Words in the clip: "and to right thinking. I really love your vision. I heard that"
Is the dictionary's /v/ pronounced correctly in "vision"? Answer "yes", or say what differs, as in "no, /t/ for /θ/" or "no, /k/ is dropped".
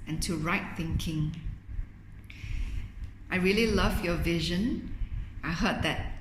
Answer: yes